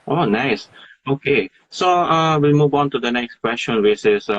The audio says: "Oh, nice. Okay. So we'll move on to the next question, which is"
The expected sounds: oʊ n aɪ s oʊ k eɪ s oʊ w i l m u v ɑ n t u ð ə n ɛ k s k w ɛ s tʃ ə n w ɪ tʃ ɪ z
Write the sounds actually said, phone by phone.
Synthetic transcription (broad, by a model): oʊ n aɪ s oʊ k eɪ s oʊ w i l m u v ɑ n t u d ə n ɛ k s k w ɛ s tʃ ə n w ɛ s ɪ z